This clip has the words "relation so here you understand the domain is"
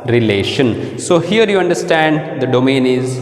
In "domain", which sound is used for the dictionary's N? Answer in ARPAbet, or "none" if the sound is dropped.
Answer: N